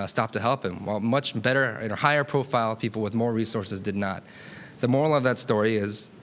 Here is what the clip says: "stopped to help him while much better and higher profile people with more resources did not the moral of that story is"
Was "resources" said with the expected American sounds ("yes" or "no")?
yes